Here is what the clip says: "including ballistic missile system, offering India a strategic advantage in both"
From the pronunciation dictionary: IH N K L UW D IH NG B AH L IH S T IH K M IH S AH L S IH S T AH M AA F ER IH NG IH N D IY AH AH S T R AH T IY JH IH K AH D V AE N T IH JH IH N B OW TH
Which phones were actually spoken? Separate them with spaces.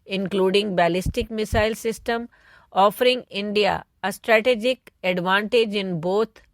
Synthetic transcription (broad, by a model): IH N K L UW D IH NG B AH L IH S T IH K M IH S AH L S IH S T AH M AA F ER IH NG IH N D IY AH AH S T R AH T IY JH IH K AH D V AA N T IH JH IH N B OW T